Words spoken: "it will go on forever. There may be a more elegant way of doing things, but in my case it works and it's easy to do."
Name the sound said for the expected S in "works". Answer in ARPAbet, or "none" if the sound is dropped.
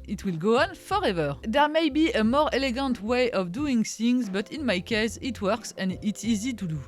S